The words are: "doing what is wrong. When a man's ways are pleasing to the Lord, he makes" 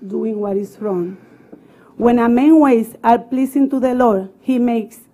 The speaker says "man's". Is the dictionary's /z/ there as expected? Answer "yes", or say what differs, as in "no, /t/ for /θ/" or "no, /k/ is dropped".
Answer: no, /z/ is dropped